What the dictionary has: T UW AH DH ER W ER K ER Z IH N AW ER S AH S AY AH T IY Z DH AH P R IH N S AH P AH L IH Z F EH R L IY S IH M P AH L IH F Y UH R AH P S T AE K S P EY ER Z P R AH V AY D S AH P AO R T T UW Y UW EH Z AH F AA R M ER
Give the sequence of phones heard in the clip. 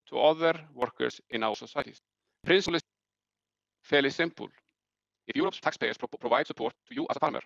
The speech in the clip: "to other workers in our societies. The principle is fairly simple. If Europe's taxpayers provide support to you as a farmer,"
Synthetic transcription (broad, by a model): T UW AH DH ER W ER K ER S IH N AW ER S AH S AY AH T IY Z P R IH N S L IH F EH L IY S IH M P AH L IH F Y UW R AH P S T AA K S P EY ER S P R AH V AY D S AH P AO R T T UW Y UW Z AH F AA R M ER